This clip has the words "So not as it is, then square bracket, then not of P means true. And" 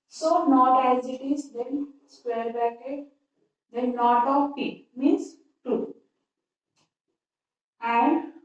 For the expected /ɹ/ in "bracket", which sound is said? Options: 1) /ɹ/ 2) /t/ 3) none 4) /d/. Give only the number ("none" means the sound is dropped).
3